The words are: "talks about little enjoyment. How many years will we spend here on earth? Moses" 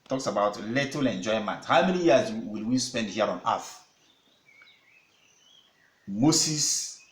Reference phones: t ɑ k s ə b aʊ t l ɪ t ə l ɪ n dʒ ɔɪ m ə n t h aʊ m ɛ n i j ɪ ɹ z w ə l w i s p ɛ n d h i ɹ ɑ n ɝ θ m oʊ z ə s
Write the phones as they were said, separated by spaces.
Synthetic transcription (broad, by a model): t ɑ k s ə b aʊ t l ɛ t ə l ɪ n dʒ ɔɪ m ə n t h aʊ m ɛ n i j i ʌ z w ə l w i s p ɛ n d h i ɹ ɑ n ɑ f m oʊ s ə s